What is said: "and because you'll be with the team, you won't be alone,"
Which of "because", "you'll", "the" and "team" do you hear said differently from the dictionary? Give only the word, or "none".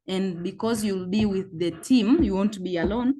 none